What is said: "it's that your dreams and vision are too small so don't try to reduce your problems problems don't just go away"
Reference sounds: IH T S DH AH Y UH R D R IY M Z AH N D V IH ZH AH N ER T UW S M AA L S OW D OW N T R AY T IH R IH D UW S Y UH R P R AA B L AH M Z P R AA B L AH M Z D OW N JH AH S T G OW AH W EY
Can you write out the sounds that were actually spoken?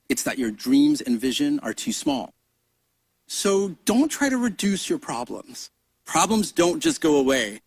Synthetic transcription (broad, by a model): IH T S DH AH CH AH R D R IY M Z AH N V IH ZH AH N ER T UW S M AA L S OW D OW N T R AY T IH R IH D UW S Y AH R P R AA B L AH M Z P R AA B L AH M Z D OW N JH AH S G OW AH W EY